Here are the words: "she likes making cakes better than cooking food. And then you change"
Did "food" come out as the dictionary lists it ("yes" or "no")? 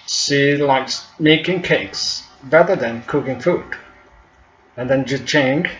yes